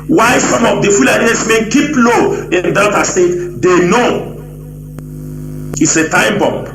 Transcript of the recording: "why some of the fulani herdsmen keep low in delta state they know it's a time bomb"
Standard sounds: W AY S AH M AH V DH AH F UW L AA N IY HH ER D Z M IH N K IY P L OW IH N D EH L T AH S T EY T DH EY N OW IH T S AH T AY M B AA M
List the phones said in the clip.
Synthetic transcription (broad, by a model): W AY S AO M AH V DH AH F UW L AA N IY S M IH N K IY P L OW IH N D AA T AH S T EY T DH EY N OW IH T S AH T AY M B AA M